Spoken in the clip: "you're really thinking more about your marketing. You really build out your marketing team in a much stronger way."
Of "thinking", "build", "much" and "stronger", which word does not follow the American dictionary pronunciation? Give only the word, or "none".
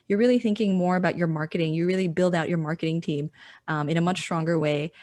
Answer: none